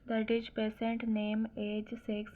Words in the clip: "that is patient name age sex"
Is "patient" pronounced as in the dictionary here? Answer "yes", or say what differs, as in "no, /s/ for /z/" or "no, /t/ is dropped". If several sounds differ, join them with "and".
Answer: no, /s/ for /ʃ/